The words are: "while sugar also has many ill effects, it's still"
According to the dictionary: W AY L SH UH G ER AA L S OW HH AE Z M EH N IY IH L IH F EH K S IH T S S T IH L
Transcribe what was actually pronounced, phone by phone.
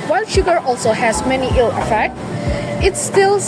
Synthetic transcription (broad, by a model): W AY L SH UH G ER AA L S OW HH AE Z M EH N IY IH L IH F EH K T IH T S S T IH L